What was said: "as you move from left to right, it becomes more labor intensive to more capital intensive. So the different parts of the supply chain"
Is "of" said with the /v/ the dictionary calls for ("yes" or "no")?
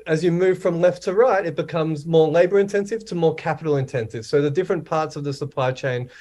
yes